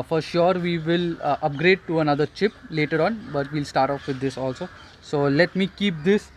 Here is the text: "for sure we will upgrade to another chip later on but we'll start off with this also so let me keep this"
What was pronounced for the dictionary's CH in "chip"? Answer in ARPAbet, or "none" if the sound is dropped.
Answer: CH